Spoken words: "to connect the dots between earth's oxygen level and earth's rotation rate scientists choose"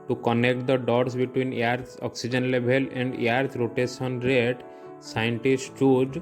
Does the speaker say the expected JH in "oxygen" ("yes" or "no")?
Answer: yes